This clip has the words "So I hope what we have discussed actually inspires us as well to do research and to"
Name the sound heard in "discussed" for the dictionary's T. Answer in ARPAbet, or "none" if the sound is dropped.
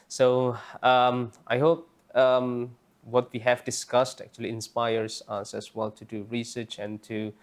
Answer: T